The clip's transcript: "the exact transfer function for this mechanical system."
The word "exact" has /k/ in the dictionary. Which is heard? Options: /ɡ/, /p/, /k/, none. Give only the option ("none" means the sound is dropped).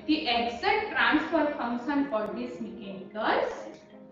none